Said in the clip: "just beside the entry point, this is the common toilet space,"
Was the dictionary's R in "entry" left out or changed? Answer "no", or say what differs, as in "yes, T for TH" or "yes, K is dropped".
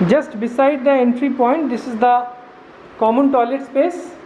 no